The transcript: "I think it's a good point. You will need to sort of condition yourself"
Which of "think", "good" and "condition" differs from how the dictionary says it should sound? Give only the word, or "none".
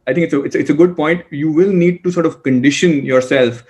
think